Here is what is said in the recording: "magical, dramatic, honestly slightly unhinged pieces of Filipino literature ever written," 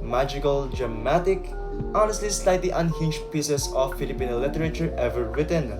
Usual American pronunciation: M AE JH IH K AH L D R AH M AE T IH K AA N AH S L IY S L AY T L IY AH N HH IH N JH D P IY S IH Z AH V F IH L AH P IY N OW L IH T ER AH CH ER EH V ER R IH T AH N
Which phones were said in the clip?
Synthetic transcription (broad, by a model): M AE JH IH K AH L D R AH M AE T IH K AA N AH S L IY S L AY T L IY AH N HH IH N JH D P IY S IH S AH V F IH L AH P IY N OW L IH T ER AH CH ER EH V ER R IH T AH N